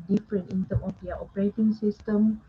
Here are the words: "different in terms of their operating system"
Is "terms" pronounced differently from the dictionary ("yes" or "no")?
yes